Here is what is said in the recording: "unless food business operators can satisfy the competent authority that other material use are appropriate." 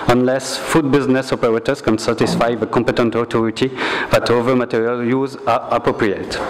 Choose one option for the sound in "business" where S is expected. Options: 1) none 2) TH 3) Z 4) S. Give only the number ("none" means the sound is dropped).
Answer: 4